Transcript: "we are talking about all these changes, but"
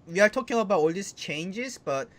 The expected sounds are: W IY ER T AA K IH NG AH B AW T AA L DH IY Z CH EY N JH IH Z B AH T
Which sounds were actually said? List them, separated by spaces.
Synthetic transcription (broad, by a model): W IY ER T AA K IH NG AH B AW T AA L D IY S CH EY N JH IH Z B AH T